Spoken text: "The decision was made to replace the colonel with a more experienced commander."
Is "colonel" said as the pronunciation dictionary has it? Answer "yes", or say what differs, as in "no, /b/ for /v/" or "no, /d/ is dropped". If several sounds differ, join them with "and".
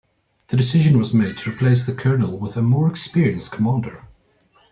yes